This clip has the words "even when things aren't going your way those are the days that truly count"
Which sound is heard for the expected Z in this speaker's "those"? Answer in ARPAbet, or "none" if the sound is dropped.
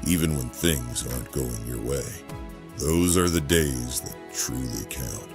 Z